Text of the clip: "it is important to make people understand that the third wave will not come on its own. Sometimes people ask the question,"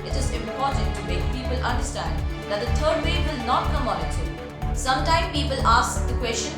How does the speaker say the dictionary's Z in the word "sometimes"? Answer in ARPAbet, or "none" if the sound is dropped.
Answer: none